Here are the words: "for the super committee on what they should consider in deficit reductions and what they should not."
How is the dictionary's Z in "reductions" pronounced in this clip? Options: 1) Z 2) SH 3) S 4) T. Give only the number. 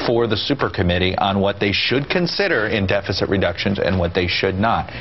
1